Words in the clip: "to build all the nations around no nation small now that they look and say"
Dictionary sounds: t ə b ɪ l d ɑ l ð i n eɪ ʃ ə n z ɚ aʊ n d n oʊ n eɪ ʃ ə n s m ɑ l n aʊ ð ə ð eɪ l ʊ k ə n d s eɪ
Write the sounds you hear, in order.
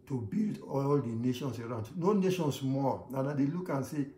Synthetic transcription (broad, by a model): t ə b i l d ɑ l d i n eɪ ʃ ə n s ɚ aʊ n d n oʊ n eɪ ʃ ə n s m ɑ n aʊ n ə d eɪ l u k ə n s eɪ